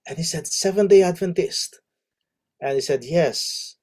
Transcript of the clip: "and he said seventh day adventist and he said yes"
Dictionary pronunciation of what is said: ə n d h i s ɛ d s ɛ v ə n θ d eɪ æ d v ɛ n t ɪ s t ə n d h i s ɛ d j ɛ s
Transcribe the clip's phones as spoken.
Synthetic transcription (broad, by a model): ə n h i s ɛ d s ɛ v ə n d eɪ æ d v ɛ n t ɪ s t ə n h i s ɛ d j ɛ s